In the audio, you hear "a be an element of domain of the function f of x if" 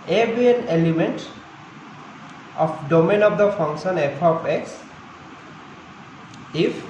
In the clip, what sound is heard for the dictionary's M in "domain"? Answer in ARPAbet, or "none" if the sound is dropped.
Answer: M